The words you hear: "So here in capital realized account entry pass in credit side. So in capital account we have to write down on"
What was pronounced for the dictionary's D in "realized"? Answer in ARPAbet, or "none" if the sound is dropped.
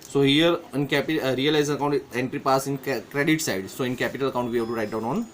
none